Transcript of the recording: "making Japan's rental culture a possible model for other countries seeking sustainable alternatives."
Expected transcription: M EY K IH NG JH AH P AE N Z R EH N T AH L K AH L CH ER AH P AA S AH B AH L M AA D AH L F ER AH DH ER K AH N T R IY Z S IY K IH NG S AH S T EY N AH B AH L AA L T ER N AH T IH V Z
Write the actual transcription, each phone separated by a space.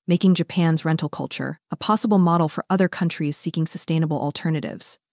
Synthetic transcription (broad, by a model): M EY K IH NG JH AH P AE N Z R EH N T L K AH L CH ER AH P AA S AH B L M AA D L F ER AH DH ER K AH N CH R IY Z S IY K IH NG S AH S T EY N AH B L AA L T ER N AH T IH V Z